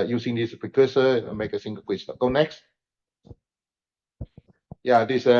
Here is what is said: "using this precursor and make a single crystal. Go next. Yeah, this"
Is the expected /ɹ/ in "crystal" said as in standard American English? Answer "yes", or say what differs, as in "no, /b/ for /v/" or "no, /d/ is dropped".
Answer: no, /w/ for /ɹ/